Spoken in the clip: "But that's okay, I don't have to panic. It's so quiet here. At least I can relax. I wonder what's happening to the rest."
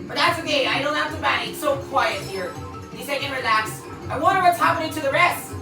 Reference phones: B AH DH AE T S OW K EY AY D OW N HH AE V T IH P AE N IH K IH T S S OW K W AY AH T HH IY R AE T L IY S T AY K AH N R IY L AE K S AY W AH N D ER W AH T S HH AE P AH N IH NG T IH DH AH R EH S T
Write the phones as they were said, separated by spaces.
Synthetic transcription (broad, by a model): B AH DH AE T S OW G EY AY D OW N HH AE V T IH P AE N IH IH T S S OW K W AY AH T HH IY R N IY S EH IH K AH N R IY L AE K S AY W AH N D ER W AH T S HH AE P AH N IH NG T IH DH AH R EH S T